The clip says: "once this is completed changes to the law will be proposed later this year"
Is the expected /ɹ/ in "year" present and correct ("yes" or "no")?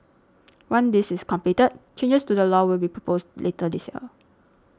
no